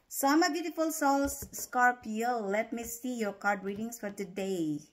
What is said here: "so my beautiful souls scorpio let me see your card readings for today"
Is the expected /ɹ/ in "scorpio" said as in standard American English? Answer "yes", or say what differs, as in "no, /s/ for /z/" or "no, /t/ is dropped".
yes